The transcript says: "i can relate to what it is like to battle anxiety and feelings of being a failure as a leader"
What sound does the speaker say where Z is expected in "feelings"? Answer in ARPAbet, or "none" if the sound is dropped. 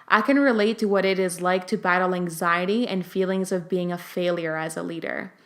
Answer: Z